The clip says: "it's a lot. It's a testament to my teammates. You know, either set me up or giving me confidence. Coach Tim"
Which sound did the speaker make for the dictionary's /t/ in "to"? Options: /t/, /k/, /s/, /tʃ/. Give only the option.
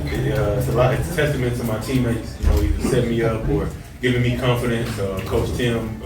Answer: /s/